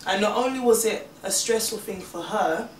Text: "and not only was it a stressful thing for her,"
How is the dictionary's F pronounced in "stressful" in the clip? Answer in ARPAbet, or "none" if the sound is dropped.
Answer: F